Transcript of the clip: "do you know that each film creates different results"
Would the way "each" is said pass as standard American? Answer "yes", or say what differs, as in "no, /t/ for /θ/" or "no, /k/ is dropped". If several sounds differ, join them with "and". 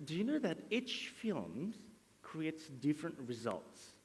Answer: yes